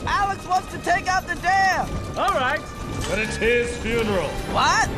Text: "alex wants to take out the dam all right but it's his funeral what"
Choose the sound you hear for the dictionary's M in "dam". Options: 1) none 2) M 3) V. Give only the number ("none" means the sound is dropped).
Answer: 1